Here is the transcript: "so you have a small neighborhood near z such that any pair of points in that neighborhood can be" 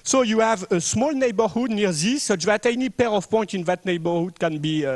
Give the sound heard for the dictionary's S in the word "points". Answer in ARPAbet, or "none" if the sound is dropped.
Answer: none